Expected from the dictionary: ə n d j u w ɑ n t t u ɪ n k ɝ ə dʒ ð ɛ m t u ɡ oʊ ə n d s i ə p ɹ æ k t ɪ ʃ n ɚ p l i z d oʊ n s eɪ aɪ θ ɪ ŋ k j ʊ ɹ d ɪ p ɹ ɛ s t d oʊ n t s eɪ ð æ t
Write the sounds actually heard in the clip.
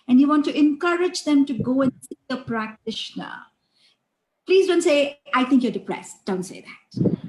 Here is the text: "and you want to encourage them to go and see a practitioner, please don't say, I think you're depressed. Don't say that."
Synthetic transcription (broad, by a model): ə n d j u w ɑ n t t u ɪ n k ɝ ə dʒ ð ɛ m t u ɡ oʊ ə n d s i ə p ɹ æ k t ɪ ʃ n ɚ p l i z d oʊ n s eɪ aɪ t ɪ ŋ k j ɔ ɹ d ɪ p ɹ ɛ s t d oʊ n t s eɪ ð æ t